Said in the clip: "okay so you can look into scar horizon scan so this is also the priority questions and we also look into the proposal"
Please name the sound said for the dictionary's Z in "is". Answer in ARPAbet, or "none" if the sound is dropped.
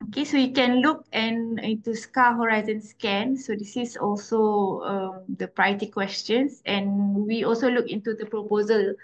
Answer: S